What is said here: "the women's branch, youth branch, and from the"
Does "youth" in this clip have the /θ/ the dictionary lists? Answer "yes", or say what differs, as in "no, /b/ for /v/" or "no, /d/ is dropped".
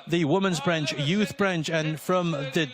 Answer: yes